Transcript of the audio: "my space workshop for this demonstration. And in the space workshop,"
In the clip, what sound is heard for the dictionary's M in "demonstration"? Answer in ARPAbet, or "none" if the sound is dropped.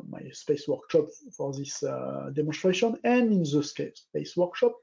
M